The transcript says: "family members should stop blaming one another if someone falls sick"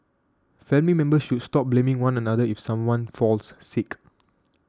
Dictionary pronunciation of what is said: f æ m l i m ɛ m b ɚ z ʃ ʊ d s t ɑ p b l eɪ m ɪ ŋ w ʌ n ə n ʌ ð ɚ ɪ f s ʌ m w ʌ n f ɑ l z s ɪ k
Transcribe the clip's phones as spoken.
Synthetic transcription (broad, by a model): f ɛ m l i m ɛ m b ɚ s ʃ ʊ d s t ɑ p b l eɪ m ɪ ŋ w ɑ n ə n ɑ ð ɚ ɪ f s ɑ m w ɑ n f ɑ l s s ɪ k